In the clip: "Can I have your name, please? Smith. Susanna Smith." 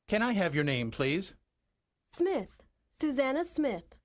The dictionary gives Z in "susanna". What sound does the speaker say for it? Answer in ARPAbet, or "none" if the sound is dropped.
Z